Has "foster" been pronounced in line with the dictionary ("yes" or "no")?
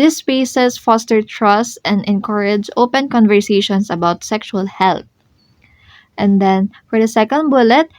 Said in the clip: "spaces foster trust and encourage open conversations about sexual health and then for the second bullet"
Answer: yes